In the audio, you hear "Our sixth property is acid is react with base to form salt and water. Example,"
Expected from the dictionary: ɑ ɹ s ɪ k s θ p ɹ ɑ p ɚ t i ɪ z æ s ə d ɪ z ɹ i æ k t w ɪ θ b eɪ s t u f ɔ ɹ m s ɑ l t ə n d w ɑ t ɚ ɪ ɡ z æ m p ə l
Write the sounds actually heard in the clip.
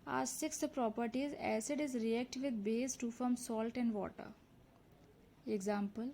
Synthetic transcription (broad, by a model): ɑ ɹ s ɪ k s p ɹ ɑ p ɚ t i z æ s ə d ɪ z ɹ i æ k t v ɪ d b eɪ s t u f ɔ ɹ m s ɑ l t ə n d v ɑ t ɚ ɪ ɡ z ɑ m p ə l